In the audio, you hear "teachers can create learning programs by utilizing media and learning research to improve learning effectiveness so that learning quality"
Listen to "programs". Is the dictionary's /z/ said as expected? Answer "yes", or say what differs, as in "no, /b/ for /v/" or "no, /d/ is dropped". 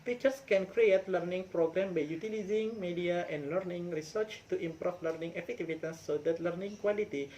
no, /z/ is dropped